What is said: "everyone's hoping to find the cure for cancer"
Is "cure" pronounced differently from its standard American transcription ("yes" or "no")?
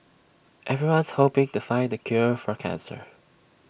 no